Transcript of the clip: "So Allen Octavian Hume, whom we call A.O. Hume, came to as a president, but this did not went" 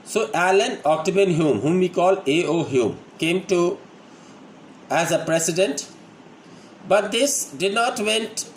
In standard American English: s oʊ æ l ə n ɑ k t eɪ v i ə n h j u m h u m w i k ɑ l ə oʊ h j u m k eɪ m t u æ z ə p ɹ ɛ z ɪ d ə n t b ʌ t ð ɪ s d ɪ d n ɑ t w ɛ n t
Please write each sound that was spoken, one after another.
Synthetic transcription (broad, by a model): s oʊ æ l ə n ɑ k t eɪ b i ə n h j u m h u m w i k ɑ l ə oʊ h j u m k eɪ m t u æ z ə p ɹ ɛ s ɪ d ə n t b ʌ t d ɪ s d ɪ d n ɑ t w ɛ n t